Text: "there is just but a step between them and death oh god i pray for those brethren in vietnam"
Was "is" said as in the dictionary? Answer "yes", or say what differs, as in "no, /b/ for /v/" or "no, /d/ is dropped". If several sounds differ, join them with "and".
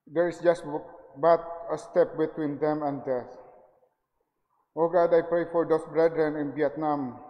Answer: no, /s/ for /z/